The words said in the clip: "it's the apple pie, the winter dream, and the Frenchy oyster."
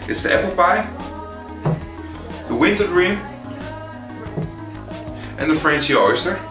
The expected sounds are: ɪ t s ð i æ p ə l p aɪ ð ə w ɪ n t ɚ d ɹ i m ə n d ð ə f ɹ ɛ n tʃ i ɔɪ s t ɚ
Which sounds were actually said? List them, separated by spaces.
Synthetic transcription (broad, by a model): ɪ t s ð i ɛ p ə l b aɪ ð ə w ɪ n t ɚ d ɹ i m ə n ð ə f ɹ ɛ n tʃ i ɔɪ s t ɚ